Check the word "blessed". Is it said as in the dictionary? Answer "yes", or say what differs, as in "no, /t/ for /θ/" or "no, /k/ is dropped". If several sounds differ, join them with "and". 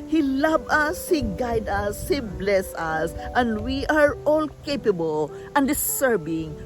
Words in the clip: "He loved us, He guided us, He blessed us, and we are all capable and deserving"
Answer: no, /t/ is dropped